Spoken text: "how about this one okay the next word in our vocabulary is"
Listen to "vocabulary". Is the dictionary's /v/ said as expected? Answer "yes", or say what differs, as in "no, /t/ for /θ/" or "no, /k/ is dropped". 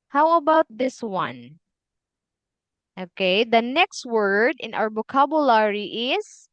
no, /b/ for /v/